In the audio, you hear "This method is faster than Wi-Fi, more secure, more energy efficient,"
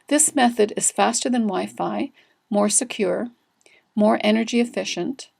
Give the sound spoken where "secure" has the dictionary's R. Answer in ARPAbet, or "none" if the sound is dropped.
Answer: R